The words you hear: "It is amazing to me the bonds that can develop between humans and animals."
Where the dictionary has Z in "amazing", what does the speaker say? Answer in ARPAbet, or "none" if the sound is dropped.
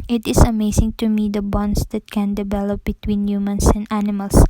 S